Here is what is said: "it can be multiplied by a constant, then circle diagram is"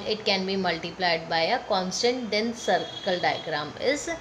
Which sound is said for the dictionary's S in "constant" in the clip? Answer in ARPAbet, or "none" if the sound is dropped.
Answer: S